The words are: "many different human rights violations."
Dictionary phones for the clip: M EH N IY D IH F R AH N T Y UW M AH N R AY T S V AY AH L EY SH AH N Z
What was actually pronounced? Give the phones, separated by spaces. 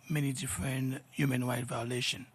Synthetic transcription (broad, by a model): M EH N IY D IH F R AH N T Y UW M AH N W AY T V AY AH L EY SH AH N